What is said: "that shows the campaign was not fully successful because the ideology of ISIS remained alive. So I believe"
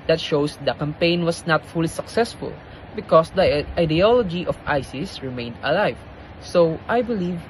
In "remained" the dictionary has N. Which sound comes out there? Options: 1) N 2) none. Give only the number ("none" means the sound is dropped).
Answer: 1